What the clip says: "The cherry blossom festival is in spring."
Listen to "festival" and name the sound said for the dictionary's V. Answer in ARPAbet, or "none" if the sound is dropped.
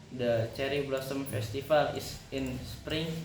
F